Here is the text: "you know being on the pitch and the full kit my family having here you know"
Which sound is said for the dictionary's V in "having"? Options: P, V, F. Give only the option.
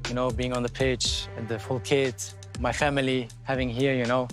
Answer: V